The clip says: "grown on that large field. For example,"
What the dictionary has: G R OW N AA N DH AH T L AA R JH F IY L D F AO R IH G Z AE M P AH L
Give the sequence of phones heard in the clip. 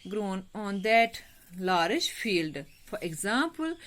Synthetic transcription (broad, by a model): G R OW N AA N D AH T L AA R SH F IY L D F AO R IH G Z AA M P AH L